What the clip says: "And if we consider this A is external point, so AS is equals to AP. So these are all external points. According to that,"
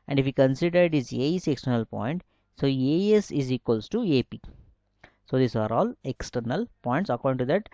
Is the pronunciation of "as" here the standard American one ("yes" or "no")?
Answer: no